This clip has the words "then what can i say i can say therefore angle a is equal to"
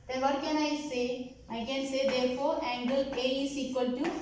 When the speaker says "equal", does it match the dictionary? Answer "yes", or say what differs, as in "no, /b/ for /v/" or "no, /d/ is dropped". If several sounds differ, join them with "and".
yes